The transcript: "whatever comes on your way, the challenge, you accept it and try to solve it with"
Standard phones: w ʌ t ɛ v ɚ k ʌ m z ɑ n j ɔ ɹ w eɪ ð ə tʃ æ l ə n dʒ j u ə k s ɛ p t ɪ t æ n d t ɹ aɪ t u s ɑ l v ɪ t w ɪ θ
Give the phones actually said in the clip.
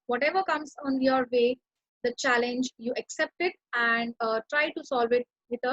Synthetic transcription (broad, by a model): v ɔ t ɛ v ɚ k ʌ m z ɑ n j ɔ ɹ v eɪ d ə tʃ æ l ə n dʒ j u ə k s ɛ p t ɪ t æ n d t ɹ aɪ t u s ɑ l v ɪ t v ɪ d